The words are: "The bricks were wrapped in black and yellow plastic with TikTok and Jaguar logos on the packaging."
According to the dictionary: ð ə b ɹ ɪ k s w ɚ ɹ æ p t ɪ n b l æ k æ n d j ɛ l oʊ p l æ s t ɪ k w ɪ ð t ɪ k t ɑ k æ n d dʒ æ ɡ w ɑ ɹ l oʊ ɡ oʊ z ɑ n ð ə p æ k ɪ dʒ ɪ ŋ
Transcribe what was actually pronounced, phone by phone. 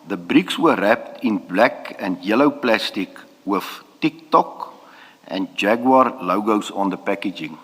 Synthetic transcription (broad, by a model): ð ə b ɹ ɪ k s w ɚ ɹ æ p t ɪ n b l æ k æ n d j ɛ l oʊ p l æ s t ɪ k w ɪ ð t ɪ k t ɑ k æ n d dʒ æ ɡ w ɑ ɹ l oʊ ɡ oʊ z ɑ n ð ə p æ k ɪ dʒ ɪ ŋ